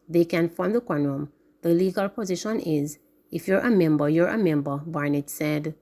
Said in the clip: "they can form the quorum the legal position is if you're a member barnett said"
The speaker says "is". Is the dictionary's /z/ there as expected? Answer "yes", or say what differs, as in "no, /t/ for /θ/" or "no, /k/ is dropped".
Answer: yes